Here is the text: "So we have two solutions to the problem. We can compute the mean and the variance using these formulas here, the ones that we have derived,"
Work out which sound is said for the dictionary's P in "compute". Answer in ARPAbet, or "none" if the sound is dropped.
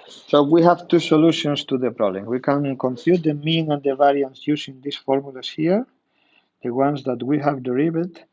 F